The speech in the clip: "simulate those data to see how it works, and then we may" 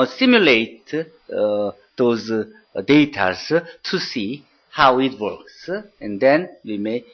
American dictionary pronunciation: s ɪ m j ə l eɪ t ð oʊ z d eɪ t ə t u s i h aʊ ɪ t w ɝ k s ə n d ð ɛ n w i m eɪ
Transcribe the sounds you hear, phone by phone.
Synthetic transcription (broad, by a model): s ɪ m j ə l eɪ t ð oʊ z d eɪ t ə t u s i h aʊ ɪ t w ɝ k s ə n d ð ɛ n w i m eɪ